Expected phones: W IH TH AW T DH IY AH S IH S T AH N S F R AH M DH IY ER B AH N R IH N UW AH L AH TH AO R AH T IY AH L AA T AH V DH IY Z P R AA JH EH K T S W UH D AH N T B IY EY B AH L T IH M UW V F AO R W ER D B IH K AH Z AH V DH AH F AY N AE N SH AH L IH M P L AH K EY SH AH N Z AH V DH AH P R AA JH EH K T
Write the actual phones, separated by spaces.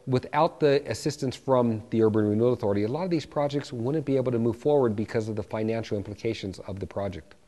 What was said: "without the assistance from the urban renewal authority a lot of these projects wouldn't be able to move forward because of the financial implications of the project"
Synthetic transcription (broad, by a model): W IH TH AW T DH IY AH S IH S T AH N S F R AH M DH IY ER B AH N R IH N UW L AH TH AO R AH T IY AH L AA T AH V DH IY Z P R AA JH EH K T S W UH D N B IY EY B L T IH M UW V F AO R W ER D B IH K AH Z AH V DH AH F AY N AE N SH L IH M P L AH K EY SH AH N Z AH V DH AH P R AA JH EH K T